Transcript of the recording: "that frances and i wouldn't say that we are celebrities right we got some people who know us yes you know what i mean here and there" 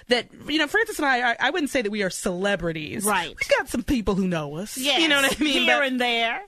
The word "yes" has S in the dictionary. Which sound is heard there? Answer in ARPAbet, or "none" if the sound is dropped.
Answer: none